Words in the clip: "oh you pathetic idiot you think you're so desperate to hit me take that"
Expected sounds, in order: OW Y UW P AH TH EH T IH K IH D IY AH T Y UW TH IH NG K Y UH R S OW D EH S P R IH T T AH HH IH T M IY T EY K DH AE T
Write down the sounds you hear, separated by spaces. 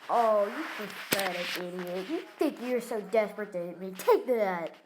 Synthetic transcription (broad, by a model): OW Y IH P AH F EH T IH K IH D IY AH T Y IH TH IH NG K Y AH R S OW D EH S P R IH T T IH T M IY T EY K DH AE T